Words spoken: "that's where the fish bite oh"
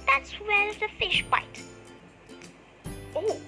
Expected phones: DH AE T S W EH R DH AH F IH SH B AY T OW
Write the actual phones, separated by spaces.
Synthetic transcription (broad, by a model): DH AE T S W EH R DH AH F IH SH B AY T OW